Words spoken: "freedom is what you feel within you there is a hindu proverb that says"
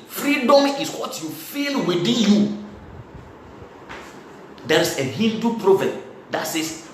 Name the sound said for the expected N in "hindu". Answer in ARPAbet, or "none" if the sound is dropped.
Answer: L